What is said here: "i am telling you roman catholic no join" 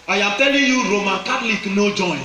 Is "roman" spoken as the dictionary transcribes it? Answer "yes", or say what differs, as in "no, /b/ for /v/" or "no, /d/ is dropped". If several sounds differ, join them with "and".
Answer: yes